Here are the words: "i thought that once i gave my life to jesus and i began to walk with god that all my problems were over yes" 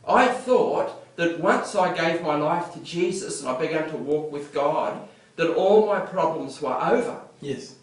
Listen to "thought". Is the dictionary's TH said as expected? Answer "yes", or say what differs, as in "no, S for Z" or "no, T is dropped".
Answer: yes